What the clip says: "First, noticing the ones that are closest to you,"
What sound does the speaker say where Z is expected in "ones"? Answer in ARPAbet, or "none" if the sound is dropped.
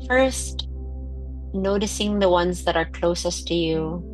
Z